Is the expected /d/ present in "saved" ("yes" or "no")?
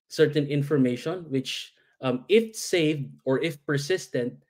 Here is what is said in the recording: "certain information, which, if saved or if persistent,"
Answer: yes